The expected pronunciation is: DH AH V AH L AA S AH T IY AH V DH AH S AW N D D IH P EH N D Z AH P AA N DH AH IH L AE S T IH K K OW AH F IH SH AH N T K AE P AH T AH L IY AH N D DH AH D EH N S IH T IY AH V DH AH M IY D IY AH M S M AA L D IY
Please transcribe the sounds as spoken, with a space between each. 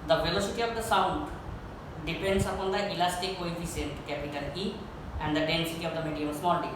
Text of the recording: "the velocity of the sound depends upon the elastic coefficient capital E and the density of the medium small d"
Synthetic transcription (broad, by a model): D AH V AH L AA S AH T IY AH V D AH S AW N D D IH P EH N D S AH P AA N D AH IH L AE S T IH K K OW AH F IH S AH N T K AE P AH T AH L IY AH N D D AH D EH N S IH T IY AH V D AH M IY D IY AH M S M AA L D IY